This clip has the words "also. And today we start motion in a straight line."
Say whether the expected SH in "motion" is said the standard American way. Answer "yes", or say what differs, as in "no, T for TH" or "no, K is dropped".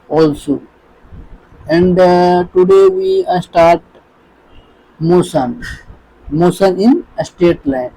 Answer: no, S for SH